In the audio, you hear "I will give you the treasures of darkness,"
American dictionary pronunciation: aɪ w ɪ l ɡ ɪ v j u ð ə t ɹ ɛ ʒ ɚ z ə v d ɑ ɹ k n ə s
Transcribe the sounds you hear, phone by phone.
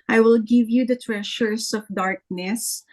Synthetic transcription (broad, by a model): aɪ w ɪ l ɡ ɪ v j u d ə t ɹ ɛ ʃ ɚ s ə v d ɑ ɹ k n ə s